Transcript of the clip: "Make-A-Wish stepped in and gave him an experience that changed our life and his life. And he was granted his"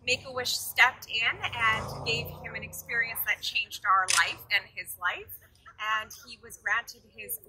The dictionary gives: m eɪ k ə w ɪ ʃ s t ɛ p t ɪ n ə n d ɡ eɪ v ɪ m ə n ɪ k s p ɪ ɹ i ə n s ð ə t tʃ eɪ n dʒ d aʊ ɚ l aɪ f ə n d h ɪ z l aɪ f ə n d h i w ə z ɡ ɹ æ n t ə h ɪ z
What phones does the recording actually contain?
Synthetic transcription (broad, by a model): m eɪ k ə w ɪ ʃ s t ɛ p t ɪ n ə n ɡ eɪ v ɪ m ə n ɪ k s p ɪ ɹ i ə n s ð ə t tʃ eɪ n dʒ d aʊ ɚ l aɪ f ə n ɪ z l aɪ f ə n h i w ə z ɡ ɹ æ n t ə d ɪ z